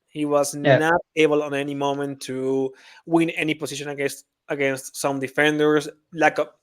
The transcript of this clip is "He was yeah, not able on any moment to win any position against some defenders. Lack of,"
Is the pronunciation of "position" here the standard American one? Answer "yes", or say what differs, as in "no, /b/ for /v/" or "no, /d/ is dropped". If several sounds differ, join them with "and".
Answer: no, /s/ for /z/